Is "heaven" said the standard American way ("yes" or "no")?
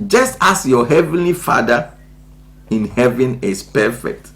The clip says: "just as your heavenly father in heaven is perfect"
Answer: yes